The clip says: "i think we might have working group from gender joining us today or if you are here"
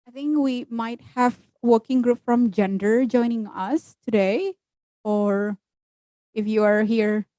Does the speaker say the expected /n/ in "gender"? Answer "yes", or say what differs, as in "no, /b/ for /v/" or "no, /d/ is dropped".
yes